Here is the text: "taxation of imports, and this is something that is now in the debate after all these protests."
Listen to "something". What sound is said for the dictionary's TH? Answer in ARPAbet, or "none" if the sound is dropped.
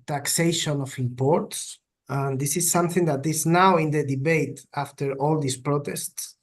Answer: TH